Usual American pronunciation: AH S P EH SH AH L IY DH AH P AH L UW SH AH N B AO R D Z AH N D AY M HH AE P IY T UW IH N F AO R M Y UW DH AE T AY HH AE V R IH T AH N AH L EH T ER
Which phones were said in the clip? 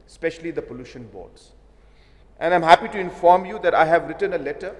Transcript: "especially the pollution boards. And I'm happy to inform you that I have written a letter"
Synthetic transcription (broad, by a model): S P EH SH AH L IY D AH P AH L UW SH AH N B AO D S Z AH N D AY M HH AE P IY T UW IH N F AO R M Y UW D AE T AY HH AE V R IH T AH N AH L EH T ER